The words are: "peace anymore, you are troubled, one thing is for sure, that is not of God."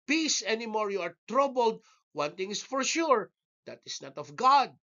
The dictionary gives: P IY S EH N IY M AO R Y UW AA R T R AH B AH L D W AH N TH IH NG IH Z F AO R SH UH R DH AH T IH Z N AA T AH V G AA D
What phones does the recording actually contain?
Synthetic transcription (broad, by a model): P IY S EH N IY M AO R Y UW AA R T R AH B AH L D W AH N T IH NG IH S F AO R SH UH R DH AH T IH S N AA T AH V G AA D